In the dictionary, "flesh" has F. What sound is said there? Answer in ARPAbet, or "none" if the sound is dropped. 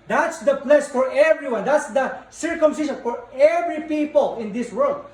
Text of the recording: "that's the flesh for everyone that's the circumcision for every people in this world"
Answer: P